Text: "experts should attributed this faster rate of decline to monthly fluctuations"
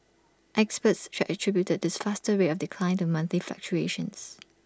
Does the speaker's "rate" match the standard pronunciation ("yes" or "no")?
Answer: no